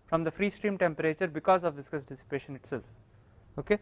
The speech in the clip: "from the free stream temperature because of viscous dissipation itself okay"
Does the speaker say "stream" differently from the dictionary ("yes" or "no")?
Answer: no